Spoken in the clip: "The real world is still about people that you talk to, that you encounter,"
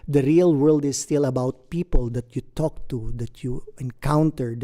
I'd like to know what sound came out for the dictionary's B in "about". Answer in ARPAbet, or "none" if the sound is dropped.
B